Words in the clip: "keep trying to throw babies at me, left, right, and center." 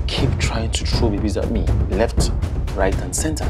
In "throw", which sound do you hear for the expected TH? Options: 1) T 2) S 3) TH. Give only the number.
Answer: 1